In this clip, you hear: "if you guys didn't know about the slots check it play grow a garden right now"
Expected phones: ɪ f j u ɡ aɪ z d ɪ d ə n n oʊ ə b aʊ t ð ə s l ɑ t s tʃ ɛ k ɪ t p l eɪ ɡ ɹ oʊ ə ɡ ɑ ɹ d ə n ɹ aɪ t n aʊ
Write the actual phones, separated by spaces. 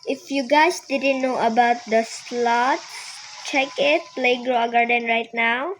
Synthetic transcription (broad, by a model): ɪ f j u ɡ aɪ s d ɪ d ə n n oʊ ə b aʊ t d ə s l ɑ t s tʃ ɛ k ɪ t p l eɪ ɡ ɹ oʊ ə ɡ ɑ ɹ d ə n ɹ aɪ t n aʊ